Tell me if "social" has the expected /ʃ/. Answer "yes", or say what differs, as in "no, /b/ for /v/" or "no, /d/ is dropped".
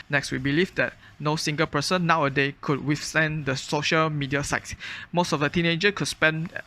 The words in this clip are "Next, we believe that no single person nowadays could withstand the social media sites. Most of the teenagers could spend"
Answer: yes